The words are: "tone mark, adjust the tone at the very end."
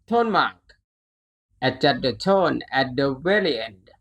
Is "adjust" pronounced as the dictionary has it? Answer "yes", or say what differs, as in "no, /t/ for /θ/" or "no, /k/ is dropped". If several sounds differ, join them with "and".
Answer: no, /tʃ/ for /dʒ/ and /s/ is dropped